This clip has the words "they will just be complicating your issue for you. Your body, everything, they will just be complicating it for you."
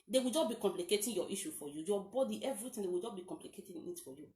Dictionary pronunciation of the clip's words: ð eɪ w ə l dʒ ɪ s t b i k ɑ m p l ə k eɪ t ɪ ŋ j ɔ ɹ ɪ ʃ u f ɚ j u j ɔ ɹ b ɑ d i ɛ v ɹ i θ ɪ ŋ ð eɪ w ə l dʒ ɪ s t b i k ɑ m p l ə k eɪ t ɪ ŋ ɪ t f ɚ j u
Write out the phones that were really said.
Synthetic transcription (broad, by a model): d eɪ w ə l dʒ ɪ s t b i k ɑ m p l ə k eɪ t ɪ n j ɔ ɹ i ʃ u f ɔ j u j ɔ b ɑ d i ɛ v ɹ i t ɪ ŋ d eɪ w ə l dʒ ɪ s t b i k ɑ m p l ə k eɪ t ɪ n ɪ t f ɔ j u